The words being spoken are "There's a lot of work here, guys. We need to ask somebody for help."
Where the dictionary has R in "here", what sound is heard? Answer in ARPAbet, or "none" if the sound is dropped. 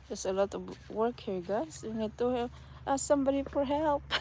R